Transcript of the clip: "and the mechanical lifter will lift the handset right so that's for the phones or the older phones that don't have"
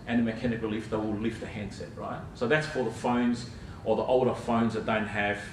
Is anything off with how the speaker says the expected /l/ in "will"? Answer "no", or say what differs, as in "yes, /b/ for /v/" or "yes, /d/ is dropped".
no